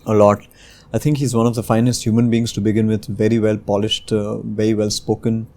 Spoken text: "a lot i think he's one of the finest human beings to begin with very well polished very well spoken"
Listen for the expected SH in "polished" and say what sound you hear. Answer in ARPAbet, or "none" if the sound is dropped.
SH